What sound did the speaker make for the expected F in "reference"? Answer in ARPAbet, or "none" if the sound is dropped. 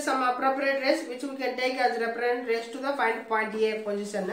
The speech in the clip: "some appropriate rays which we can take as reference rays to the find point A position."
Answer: P